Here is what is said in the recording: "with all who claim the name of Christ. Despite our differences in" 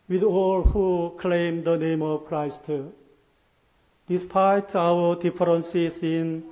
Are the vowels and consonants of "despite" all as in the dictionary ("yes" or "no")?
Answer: yes